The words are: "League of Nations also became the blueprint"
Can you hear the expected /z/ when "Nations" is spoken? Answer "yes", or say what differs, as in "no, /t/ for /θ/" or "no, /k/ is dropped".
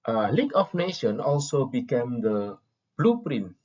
no, /z/ is dropped